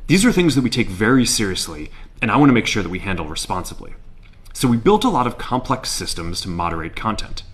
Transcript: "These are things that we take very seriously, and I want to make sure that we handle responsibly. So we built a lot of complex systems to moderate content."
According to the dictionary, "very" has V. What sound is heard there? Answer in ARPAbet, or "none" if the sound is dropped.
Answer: V